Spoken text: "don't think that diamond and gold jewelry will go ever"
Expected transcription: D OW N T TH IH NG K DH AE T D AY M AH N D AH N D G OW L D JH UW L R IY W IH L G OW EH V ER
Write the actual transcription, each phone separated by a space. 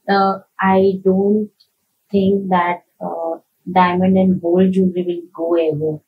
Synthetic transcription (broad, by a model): D OW N T T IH NG K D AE T D AY M AH N D AH N D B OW L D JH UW R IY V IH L G OW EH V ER